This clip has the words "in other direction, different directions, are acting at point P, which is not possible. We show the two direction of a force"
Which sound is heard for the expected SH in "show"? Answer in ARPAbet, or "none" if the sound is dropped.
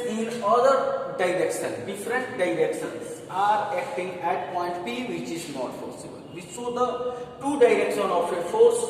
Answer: S